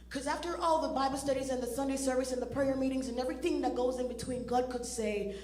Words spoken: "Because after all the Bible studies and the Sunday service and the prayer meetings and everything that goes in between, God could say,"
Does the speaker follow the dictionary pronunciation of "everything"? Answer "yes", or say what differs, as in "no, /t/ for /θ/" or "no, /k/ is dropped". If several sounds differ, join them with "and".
yes